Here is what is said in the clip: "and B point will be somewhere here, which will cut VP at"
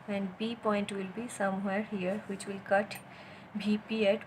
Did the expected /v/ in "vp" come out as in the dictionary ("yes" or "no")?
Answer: no